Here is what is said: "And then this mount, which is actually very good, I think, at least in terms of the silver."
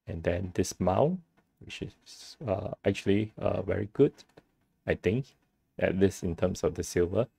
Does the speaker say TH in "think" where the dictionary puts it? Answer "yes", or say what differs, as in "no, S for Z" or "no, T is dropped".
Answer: no, T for TH